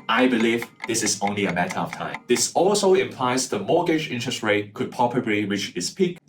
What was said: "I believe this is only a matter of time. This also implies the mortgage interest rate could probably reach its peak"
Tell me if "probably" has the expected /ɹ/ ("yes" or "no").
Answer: no